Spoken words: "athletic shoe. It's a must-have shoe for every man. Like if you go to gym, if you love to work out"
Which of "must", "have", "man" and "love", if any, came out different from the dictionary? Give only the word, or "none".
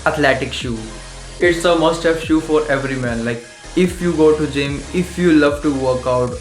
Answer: have